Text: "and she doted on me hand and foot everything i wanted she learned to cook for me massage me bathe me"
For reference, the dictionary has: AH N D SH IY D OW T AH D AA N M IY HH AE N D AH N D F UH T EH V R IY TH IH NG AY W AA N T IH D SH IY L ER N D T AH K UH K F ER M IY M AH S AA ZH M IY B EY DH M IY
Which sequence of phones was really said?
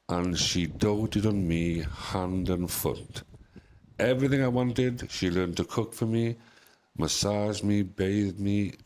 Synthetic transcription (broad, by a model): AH N SH IY D OW T AH D N M IY HH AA N D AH N F UH T EH V R IY TH IH NG AY W AA N T IH D SH IY L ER N T AH K UH K F ER M IY M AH S AA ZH M IY B EY DH M IY